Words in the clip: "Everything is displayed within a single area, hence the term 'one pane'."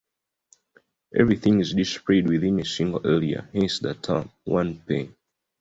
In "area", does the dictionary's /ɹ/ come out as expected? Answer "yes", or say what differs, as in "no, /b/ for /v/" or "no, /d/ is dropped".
no, /l/ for /ɹ/